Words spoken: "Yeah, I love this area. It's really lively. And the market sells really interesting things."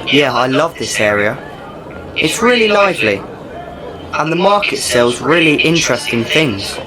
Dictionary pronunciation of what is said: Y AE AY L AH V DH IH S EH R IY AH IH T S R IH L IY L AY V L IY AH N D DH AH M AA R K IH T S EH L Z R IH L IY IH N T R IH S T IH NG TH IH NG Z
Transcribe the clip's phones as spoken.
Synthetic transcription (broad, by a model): Y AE AY L AH V DH IH S EH R IY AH IH T S R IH L IY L AY V L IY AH N DH AH M AA K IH T S EH L Z R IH L IY IH N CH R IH S T IH NG TH IH NG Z